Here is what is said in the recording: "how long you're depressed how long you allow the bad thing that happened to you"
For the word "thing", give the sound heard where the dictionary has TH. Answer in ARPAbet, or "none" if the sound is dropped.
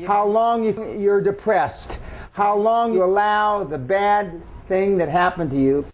TH